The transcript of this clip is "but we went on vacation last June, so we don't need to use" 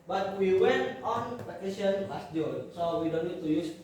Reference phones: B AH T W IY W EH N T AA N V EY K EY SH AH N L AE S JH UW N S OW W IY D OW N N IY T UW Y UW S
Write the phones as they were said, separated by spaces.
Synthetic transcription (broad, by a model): B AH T W IY W EH N T AA N P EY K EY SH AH N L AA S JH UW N S OW W IY D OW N N IY T UW Y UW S